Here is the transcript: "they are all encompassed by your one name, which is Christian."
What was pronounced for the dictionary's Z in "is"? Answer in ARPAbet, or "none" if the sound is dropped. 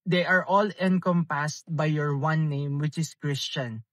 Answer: S